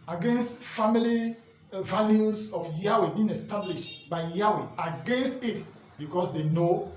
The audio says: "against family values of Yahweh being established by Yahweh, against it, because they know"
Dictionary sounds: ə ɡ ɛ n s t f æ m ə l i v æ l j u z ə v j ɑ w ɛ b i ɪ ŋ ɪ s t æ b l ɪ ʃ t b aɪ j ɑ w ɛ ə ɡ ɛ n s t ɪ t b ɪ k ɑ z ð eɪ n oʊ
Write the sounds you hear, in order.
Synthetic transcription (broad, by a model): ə ɡ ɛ n s t f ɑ m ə l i v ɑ l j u s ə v j ɑ w ɛ b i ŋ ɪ s t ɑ b l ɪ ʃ t b aɪ j ɑ w ɛ ə ɡ ɛ n s t ɪ t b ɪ k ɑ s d eɪ n oʊ